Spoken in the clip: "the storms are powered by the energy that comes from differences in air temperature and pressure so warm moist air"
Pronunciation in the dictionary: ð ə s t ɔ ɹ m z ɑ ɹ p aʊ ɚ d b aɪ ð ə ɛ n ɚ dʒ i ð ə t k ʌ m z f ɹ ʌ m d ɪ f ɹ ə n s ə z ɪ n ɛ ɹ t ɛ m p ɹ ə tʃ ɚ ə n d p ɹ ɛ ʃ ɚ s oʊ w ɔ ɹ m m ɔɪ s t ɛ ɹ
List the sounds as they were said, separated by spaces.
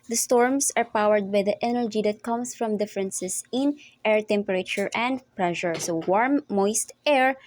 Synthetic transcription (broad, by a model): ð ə s t ɔ ɹ m s ɑ ɹ p aʊ ɚ d b aɪ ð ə ɛ n ɚ dʒ i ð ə t k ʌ m s f ɹ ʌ m d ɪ f ɹ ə n s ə s ɪ n ɛ ɹ t ɛ m p ɹ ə tʃ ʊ ə n d p ɹ ɛ ʃ ɚ s oʊ w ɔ ɹ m m ɔɪ s t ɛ ɹ